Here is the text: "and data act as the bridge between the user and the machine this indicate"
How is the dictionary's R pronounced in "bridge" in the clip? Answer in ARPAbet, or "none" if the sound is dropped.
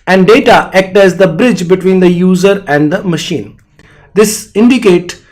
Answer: R